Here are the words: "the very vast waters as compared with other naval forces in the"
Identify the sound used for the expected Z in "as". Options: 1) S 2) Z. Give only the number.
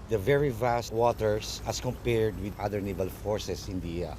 1